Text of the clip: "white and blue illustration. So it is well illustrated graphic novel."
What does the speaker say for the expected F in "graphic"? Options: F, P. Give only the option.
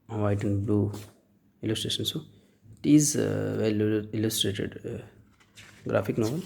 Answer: P